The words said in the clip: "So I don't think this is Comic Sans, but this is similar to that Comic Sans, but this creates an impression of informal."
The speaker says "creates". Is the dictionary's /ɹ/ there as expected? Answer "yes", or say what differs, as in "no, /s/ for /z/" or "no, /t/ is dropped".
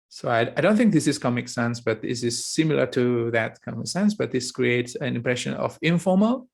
yes